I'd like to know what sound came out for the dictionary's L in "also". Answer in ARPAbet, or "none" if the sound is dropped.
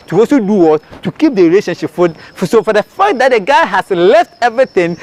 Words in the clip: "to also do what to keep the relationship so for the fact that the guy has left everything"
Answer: none